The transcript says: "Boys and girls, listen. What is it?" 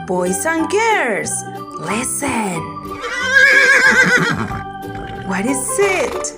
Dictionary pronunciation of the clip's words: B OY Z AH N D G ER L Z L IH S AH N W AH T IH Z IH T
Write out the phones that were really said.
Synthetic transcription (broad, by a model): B OY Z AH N G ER Z L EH S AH N W AH T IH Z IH T